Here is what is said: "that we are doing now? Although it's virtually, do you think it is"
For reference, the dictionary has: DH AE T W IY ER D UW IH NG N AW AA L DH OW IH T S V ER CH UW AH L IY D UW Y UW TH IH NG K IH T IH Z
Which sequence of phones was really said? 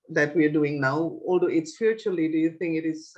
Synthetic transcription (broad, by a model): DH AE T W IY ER D UW IH NG N AW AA L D OW IH T S P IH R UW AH L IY D UW Y UW TH IH NG K IH T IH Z